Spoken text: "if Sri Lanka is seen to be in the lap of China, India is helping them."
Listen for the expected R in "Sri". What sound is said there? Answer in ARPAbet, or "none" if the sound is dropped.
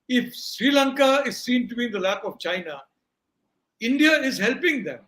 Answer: R